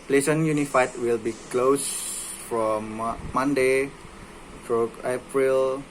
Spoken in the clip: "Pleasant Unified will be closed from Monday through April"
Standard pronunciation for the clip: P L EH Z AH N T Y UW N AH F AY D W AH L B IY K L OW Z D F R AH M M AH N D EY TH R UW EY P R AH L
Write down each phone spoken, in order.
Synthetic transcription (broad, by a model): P L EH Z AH N Y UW N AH F AY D W AH L B IY K L OW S F R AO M M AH N D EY T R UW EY P R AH L